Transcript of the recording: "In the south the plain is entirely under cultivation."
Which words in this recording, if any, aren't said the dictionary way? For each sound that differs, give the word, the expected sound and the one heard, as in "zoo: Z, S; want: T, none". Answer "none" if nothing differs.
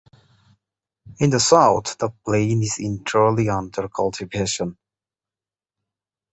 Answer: none